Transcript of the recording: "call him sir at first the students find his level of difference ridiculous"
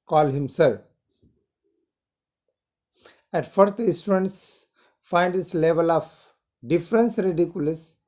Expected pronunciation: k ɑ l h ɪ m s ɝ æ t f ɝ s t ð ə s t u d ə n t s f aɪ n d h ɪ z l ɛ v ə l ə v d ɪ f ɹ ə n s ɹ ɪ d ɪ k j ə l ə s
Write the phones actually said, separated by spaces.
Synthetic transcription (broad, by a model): k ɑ l h ɪ m s ɝ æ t f ɝ s t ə s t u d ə n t s f aɪ n d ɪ s l ɛ v ə l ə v d ɪ f ɹ ə n s ɹ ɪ d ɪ k j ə l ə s